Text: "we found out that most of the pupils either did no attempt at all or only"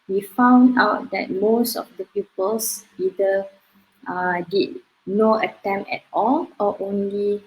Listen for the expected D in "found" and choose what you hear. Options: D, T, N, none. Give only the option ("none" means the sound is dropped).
D